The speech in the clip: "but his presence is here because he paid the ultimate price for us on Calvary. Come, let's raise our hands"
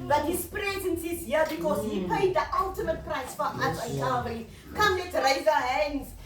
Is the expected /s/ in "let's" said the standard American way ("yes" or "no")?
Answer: no